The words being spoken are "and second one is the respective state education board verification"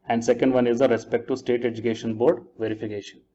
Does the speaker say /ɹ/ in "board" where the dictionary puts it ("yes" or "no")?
yes